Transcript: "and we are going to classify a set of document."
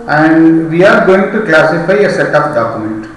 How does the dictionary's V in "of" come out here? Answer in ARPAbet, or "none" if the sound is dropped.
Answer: P